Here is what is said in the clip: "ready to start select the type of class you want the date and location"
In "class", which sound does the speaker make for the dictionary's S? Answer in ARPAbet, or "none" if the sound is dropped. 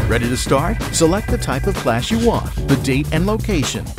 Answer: SH